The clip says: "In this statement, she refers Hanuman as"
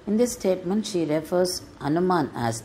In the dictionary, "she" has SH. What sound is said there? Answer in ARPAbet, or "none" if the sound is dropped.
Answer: SH